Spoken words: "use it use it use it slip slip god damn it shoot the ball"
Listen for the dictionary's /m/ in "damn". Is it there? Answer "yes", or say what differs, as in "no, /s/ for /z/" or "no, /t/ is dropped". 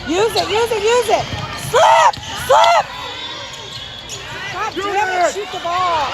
no, /m/ is dropped